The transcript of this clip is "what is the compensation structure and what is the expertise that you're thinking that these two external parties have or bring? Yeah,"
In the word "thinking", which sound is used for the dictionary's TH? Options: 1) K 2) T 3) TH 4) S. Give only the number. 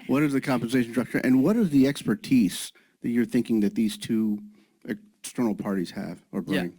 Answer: 3